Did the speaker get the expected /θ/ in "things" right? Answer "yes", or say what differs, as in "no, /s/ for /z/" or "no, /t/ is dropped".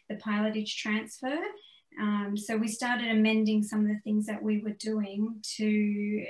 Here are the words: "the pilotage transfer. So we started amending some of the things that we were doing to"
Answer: yes